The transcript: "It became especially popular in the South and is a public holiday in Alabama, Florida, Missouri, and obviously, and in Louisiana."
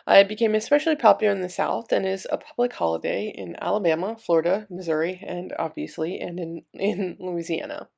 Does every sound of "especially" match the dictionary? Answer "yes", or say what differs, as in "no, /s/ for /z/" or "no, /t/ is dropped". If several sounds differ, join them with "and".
yes